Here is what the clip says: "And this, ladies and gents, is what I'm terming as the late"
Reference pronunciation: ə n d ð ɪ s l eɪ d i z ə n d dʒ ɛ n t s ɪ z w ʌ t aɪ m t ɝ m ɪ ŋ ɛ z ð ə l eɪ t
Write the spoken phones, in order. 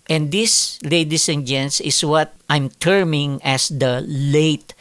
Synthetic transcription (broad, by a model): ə n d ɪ s l eɪ d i s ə n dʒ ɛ n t s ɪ s w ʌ t aɪ m t ɝ m ɪ ŋ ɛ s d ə l eɪ t